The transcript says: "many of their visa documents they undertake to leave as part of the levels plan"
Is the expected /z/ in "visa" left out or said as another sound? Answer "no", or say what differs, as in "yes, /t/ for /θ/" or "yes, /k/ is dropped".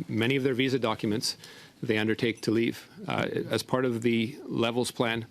no